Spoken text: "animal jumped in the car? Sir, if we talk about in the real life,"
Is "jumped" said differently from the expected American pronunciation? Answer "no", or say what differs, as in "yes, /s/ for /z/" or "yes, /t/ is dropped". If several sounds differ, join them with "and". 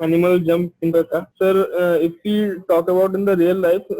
yes, /t/ is dropped